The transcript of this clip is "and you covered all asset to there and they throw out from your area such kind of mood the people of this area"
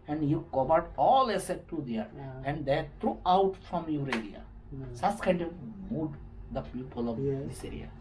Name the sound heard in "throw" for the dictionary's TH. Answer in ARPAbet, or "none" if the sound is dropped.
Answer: T